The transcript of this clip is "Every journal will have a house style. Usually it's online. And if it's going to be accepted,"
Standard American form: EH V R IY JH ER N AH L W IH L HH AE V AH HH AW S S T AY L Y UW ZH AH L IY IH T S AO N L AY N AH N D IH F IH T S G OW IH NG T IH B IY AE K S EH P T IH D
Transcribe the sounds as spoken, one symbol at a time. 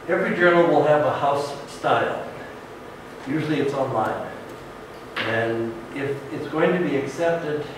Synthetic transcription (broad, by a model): EH V R IY JH ER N L W IH L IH V AH HH AW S S T AY L Y UW ZH L IY IH T S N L AY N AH N IH F IH T S G OW IH NG T IH B IY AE K S EH P T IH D